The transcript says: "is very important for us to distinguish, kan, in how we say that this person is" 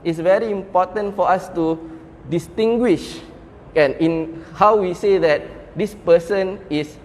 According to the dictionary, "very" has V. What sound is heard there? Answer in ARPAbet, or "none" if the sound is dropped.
V